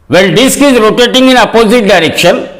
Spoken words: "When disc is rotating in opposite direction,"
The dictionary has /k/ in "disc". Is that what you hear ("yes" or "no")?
yes